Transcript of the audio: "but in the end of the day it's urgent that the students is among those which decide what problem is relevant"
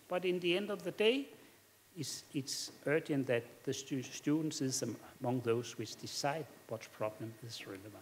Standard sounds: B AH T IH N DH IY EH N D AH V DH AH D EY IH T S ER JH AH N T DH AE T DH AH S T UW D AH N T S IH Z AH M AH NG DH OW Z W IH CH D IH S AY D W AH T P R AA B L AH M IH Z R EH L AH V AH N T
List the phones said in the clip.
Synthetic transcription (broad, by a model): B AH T IH N DH IY EH N D AH V DH AH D EY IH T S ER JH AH N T DH AE T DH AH S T UW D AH N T S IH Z AH M AH NG DH OW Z W IH CH D IH S AY D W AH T P R AA B L AH M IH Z R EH L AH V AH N